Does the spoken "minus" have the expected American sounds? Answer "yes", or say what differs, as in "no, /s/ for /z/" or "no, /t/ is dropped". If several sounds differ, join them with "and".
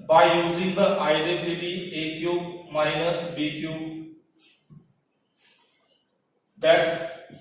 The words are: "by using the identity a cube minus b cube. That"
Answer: yes